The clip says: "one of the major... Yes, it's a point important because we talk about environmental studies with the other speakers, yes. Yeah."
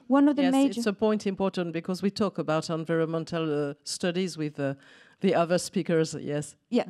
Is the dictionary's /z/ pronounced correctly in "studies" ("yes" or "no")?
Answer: yes